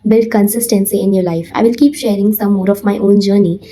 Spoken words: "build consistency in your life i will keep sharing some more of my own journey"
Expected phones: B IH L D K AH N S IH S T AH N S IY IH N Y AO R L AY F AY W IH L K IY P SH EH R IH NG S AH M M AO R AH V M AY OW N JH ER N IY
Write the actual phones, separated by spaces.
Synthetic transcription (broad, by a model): B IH L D K AH N S IH S T AH N S IY IH N Y AO R L AY F AY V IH L K IY P SH EH R IH NG S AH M M AO R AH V M AY OW N JH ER N IY